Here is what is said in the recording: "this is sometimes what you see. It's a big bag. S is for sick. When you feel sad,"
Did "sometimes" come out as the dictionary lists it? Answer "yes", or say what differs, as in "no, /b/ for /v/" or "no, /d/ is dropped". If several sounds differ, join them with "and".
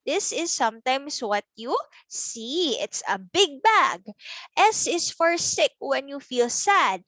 no, /s/ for /z/